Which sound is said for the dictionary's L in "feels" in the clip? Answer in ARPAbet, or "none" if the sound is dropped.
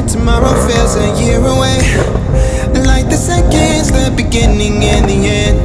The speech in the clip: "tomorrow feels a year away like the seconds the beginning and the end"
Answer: none